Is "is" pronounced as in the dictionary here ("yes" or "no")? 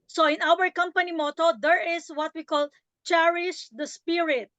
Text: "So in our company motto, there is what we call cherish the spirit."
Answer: no